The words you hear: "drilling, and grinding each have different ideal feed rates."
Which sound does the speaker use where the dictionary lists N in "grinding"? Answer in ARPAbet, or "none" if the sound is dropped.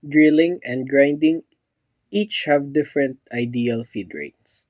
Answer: N